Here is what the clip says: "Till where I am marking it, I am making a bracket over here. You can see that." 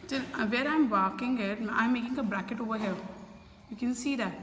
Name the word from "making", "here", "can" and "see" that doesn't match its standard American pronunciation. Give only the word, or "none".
here